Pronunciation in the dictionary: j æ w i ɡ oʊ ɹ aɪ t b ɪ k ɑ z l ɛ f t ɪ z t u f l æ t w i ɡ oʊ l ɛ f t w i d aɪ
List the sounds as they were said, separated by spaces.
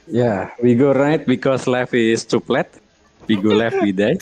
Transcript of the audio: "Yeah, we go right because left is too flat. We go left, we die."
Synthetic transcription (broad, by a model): j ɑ w i ɡ oʊ ɹ aɪ t b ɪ k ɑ s l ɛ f ɪ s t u p l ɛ t w i ɡ oʊ l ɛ f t w i d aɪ